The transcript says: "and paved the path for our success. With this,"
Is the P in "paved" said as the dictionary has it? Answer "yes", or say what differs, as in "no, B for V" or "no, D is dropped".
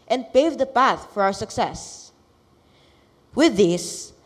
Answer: yes